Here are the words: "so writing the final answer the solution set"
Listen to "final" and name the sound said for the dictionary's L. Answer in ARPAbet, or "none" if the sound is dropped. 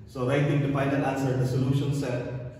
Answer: N